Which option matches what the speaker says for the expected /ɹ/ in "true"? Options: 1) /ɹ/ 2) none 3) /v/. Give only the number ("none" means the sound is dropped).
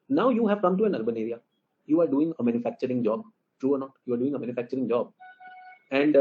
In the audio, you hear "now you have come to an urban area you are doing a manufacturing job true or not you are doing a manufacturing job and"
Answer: 1